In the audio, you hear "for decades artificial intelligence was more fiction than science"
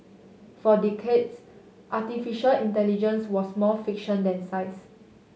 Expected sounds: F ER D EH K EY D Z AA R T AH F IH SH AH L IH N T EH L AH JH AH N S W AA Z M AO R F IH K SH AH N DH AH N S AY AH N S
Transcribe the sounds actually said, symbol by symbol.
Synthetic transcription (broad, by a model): F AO D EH K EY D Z AA T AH F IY SH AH L IH N T EH L AH JH AH N S W AA S M AO F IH K SH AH N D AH N S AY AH S